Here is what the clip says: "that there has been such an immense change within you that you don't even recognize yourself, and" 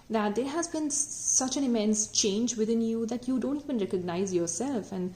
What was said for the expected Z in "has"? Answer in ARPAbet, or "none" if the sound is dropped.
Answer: Z